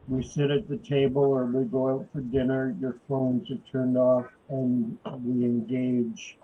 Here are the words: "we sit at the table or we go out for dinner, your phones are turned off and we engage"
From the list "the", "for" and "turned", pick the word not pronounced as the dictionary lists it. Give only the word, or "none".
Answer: none